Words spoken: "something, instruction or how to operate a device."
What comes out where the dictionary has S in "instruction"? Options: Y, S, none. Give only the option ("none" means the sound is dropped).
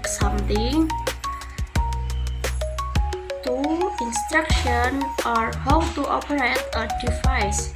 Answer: S